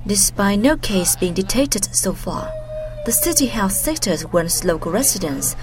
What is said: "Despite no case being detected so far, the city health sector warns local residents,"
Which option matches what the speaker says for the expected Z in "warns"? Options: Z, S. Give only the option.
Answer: S